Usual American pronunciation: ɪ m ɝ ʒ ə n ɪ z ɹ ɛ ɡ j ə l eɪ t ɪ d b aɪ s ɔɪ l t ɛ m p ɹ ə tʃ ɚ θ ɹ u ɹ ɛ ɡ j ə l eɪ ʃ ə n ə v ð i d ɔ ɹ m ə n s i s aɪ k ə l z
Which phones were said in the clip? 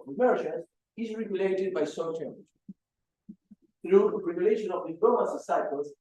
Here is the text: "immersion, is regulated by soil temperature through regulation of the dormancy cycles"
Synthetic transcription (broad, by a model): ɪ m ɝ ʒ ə n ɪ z ɹ ɛ ɡ j ə l eɪ t ɪ d b aɪ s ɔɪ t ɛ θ ɹ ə ɚ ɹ ɹ ɛ ɡ j ə l eɪ ʃ ə n ə v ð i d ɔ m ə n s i s aɪ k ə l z